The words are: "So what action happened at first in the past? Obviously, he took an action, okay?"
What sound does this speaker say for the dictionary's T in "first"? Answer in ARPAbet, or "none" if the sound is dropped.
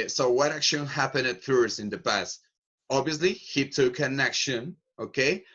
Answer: none